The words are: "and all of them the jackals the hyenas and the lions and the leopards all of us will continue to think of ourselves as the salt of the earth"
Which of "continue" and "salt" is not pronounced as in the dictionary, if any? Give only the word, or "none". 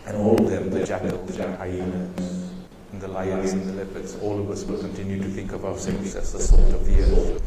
salt